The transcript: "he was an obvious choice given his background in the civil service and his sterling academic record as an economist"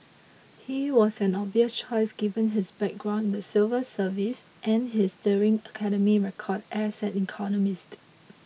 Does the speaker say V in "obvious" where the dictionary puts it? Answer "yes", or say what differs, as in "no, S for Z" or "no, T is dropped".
no, V is dropped